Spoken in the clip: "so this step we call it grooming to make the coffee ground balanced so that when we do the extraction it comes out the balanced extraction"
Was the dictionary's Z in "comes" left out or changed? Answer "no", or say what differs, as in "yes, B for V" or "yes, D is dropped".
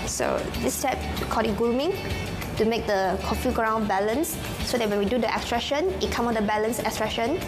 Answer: yes, Z is dropped